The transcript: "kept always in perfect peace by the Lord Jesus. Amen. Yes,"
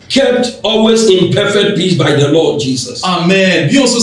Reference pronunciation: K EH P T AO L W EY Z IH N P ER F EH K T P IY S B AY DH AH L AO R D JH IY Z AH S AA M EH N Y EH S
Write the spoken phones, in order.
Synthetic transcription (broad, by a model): K EH P T AO L W EY Z IH N P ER F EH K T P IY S B AY DH AH L AO D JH IY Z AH S AA M EH N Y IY S